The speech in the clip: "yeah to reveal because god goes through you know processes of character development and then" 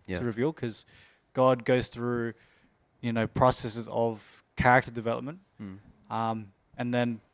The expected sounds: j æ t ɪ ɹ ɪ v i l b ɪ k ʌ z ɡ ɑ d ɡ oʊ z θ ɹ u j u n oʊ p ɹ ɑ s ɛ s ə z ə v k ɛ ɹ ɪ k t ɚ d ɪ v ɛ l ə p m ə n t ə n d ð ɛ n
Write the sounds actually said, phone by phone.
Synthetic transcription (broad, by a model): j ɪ ɹ ɪ v i l k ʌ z ɡ ɑ d ɡ oʊ z θ ɹ u j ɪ n oʊ p ɹ ɑ s ɛ s ə z ə v k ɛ ɹ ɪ k t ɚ d ɪ v ɛ l ə p m ə n t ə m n ð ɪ n